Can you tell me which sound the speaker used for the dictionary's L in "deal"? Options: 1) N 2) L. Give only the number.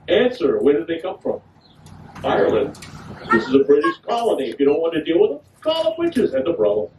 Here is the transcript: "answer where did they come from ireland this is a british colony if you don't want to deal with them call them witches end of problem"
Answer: 2